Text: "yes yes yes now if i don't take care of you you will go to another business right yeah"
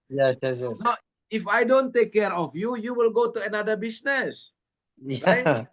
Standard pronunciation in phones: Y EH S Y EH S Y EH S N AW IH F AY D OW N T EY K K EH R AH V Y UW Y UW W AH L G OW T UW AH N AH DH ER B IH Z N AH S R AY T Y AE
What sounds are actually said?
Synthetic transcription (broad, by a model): Y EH S Y EH S Y EH S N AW IH F AY D OW N T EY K K EH R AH F Y UW Y UW W AH L G OW T UW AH N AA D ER B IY S N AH S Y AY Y